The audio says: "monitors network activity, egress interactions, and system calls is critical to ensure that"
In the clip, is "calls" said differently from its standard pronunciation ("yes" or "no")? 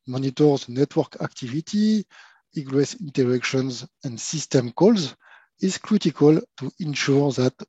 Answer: no